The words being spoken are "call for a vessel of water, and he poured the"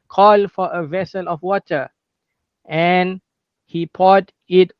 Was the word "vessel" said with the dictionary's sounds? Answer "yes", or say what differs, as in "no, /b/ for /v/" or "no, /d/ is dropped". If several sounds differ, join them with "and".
yes